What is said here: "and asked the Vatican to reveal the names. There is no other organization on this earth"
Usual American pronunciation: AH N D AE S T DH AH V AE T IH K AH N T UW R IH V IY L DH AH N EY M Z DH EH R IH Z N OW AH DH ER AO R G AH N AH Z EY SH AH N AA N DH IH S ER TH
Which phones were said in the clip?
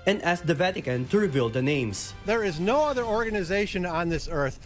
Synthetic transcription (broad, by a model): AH N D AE S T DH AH V AE T IH K AH N T UW R IH V IY L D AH N EY M S DH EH R IH Z N OW AH DH ER AO R G AH N AH Z EY SH AH N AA N DH IH S ER TH